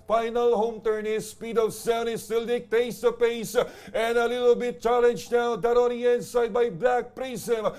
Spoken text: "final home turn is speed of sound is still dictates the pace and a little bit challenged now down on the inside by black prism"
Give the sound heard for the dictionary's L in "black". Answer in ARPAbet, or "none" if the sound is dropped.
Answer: L